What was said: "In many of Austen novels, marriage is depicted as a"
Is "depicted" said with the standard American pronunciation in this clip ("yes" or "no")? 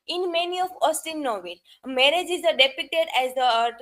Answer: no